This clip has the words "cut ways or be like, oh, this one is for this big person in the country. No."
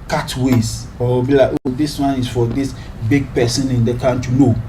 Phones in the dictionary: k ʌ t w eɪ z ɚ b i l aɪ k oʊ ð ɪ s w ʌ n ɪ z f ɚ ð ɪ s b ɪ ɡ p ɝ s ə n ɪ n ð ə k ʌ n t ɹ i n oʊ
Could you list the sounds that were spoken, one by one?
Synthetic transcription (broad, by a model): k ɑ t w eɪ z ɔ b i l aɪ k oʊ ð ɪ s w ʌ n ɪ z f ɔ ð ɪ s b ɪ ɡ p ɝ s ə n ɪ n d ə k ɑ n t i n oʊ